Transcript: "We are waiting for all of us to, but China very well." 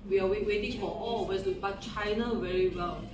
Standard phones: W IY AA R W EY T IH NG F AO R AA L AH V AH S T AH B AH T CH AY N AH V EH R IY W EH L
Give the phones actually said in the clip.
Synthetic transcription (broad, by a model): W IY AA W W EY T IH NG F AO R AA L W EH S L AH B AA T CH AY N AH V EH R IY W EH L